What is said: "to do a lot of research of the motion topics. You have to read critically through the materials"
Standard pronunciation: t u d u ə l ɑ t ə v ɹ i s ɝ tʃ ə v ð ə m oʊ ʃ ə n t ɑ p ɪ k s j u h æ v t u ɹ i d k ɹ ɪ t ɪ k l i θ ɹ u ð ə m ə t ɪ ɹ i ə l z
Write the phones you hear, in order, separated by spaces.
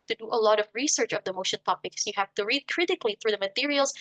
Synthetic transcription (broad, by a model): t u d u ə l ɑ t ə v ɹ i s ɝ tʃ ə v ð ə m oʊ ʃ ə n t ɑ p ɪ k s j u h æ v t u ɹ i d k ɹ ɪ t ɪ k l i θ ɹ u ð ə m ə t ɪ ɹ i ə l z